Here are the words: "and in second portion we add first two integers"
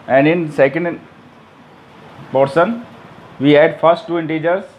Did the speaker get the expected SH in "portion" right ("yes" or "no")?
no